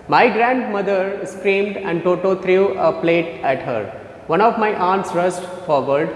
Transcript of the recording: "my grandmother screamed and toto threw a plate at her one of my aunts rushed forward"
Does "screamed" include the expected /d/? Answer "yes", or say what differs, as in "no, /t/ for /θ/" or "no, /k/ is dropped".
yes